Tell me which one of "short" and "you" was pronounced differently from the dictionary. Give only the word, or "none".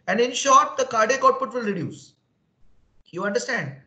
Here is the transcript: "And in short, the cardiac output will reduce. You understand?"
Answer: none